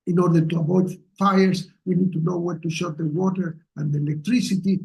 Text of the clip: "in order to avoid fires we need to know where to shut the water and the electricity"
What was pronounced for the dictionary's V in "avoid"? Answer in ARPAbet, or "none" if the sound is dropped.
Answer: B